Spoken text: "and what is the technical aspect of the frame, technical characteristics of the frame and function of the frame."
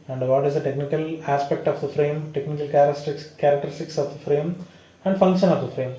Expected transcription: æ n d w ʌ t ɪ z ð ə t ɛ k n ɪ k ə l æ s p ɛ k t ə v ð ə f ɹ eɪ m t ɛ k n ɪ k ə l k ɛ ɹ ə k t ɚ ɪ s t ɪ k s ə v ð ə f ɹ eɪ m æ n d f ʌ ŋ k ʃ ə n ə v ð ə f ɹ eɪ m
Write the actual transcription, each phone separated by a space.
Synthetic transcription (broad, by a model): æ n d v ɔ t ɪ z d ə t ɛ k n ɪ k ə l æ s p ɛ k t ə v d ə f ɹ eɪ m t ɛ k n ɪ k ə l k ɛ ɹ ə k t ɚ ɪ s t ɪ k s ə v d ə f ɹ eɪ m æ n d f ʌ ŋ k ʃ ə n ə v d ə f ɹ eɪ m